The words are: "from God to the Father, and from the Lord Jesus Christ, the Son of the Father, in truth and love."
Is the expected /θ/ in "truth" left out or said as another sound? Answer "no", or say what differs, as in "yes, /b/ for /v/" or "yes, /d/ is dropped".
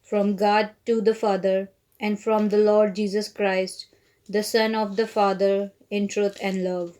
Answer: yes, /t/ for /θ/